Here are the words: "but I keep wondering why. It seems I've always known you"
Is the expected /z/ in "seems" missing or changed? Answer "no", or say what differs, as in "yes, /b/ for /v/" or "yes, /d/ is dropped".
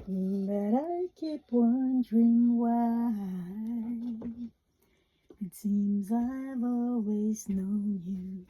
no